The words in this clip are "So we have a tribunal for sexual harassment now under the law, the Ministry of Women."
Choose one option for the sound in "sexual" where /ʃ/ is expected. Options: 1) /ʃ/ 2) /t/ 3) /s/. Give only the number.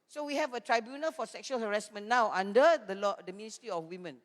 1